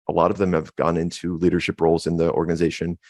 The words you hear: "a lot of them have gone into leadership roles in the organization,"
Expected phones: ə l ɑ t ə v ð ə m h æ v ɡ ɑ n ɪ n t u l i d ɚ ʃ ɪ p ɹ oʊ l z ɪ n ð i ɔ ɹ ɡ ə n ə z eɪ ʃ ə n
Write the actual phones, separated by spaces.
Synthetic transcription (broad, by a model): ə l ɑ t ə v ð ə m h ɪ v ɡ ɑ n ɪ n t u l i d ɚ ʃ ɪ p ɹ oʊ l z ɪ n ð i ɔ ɹ ɡ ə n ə z eɪ ʃ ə n